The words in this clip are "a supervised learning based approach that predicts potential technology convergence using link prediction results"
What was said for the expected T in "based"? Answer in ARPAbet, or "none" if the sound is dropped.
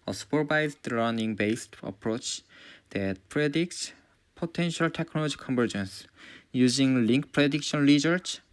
T